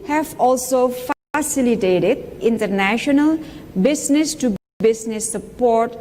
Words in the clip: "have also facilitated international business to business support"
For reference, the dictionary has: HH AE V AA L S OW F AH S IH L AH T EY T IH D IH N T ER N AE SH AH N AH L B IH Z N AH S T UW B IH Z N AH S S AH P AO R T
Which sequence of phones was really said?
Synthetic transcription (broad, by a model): HH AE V AA L S OW F AH S IH L AH T EY T IH D IH N T ER N AE SH AH N AH L B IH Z N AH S T UW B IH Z N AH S S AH P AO R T